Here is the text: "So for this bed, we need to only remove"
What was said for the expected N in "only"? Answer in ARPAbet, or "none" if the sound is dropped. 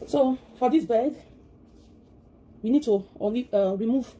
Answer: none